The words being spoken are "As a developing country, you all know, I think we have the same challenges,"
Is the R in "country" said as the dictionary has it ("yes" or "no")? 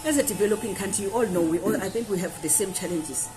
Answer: no